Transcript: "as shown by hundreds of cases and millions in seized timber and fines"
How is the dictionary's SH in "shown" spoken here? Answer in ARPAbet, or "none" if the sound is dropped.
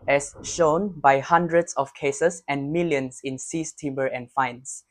SH